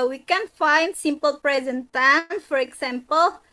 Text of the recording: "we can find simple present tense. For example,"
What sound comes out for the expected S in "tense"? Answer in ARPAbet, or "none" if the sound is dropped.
none